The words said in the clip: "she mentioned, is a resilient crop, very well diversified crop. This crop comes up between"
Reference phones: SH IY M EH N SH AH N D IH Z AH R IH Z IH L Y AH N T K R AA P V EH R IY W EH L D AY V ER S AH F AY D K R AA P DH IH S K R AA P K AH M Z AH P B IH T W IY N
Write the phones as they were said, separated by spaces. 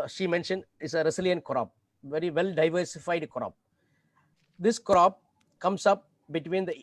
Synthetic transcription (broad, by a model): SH IY M EH N SH AH N D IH S AH R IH S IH L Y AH N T K R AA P V EH R IY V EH L D AY V ER S AH F AY D K R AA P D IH S K R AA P K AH M S AH P B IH T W IY N